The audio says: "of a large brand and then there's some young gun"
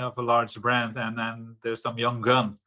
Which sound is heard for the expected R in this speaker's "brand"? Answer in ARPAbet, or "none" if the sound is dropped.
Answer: R